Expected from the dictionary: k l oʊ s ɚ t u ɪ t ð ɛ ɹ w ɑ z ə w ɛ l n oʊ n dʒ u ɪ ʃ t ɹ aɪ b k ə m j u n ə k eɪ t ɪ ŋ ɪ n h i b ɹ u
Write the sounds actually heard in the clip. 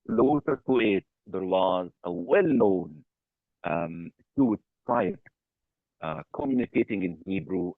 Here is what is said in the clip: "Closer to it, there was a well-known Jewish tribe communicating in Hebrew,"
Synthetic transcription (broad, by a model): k l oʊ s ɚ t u ɪ t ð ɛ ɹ w ɑ z ə w ɛ l n oʊ n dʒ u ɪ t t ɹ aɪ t k ə m j u n ə k eɪ t ɪ ŋ ɪ n h i b ɹ u